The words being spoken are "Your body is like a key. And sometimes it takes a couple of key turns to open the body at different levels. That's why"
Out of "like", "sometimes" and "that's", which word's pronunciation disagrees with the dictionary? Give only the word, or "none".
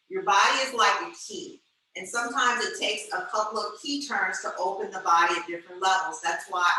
none